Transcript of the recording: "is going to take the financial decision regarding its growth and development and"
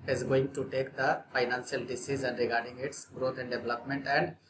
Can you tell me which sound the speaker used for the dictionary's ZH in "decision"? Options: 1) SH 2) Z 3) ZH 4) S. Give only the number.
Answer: 2